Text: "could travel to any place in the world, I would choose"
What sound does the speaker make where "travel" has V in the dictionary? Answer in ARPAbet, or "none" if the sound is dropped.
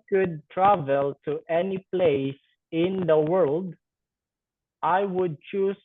V